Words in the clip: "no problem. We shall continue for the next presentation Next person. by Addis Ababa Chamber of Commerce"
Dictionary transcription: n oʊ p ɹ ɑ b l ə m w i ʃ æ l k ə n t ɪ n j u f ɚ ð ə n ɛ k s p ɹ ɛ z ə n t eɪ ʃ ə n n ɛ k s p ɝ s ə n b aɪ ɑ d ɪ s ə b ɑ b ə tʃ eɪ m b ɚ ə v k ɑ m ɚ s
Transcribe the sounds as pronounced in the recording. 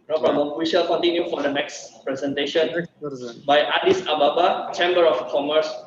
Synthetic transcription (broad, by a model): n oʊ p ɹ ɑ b ə w i ʃ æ l k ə n t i n j u f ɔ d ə n ɛ k s p ɹ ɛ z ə n t eɪ ʃ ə n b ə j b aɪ ɑ d ɪ s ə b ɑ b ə tʃ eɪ m b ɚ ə f k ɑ m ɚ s